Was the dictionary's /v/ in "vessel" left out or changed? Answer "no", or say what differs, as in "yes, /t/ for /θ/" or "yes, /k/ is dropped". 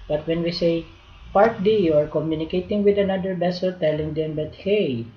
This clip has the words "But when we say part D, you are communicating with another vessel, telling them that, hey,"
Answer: yes, /b/ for /v/